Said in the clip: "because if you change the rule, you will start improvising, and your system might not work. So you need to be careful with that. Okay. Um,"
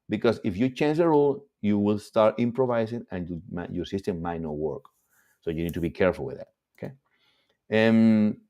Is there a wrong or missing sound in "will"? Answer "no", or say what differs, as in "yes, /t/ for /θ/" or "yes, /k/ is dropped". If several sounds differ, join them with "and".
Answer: no